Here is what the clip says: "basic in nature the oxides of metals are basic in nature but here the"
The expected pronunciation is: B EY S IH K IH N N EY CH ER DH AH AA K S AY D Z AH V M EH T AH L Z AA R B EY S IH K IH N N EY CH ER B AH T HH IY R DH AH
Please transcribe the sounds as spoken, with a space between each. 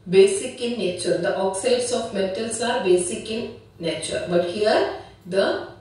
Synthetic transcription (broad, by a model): B EY S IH K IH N N EY CH ER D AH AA K S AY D S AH F M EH T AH L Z AA R B EY S IH K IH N N EY CH ER B AH T HH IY R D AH